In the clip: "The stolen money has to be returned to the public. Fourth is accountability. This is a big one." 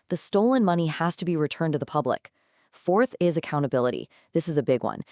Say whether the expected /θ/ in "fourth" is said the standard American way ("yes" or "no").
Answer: yes